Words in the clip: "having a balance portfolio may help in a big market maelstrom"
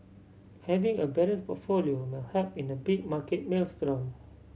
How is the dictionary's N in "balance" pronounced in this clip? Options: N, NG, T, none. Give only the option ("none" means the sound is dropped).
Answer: none